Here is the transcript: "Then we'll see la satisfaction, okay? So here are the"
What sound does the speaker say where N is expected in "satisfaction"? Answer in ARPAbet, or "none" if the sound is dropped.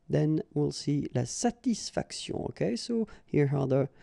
none